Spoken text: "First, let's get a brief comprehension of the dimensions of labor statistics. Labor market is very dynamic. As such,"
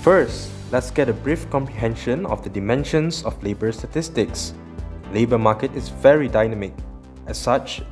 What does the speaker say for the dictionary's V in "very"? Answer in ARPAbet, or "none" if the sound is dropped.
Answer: V